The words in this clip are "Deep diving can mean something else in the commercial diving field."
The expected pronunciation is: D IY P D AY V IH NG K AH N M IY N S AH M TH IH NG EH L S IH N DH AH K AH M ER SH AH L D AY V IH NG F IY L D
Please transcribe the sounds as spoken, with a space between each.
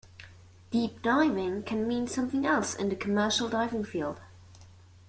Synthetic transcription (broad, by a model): D IY P D AY V IH NG K AH N M IY N S AH M TH IH NG EH L S IH N DH AH K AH M ER SH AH L D AY V IH NG F IY L D